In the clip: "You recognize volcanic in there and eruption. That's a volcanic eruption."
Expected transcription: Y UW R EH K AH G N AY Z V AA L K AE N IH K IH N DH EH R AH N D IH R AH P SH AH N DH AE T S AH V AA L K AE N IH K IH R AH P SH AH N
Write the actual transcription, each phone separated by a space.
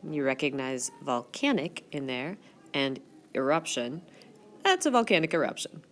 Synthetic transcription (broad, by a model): Y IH R EH K AH G N AY Z V AA L K AE N IH K IH N DH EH R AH N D IH R AH P SH AH N DH AE T S AH V AA L K AE N IH K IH R AH P SH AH N